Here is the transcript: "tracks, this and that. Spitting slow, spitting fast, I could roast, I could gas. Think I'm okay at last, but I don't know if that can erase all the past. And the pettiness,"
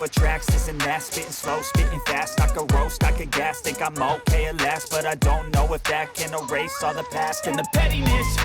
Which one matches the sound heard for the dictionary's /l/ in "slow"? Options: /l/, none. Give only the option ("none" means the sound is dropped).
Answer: /l/